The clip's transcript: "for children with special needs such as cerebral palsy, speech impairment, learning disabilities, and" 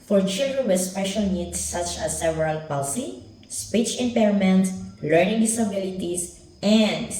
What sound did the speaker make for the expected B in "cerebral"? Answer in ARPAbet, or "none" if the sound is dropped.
none